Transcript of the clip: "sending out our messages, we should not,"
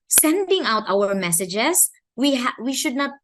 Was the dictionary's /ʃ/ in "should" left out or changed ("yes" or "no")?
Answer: no